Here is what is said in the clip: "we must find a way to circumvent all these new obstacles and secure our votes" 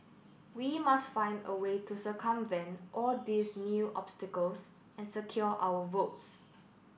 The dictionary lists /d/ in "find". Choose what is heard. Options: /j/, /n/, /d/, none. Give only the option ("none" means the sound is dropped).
/d/